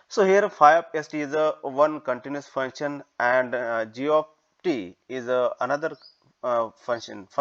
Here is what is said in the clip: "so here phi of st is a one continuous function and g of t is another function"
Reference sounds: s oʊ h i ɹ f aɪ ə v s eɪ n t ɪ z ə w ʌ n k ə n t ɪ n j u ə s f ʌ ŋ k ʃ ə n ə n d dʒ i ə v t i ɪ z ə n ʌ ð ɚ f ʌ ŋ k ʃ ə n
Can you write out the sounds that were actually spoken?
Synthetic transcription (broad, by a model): s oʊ h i ɹ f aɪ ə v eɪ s t ɪ z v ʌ n k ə n t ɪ n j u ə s f ʌ ŋ k ʃ ə n ə n d dʒ i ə p t i ɪ z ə n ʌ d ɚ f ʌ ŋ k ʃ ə n